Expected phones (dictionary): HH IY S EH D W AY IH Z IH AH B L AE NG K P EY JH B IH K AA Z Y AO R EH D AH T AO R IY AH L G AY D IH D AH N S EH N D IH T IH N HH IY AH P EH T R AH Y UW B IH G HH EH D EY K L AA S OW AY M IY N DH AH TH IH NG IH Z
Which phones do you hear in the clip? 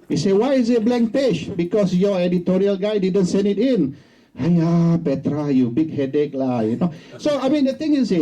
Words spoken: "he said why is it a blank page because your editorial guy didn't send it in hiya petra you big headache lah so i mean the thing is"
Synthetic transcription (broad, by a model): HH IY S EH W AY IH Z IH AH B L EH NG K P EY SH B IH K AA S Y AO EH D AH T AO R IY AH L G AY D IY D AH N S EH N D IH T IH N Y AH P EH T R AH Y UW B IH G HH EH D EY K L AA S OW AY M IY N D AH T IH NG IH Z